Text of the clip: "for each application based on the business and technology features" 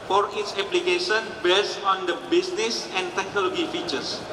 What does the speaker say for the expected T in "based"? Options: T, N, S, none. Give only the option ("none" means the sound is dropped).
none